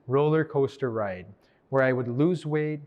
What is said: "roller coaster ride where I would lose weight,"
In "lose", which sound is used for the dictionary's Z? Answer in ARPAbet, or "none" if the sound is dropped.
Z